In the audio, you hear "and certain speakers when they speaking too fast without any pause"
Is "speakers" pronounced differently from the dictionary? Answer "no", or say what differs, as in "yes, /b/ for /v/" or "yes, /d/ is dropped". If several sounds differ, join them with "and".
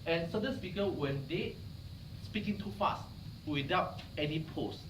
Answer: yes, /z/ is dropped